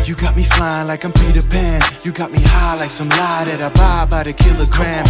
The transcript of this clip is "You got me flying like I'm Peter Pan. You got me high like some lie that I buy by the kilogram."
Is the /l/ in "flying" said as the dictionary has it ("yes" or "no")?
no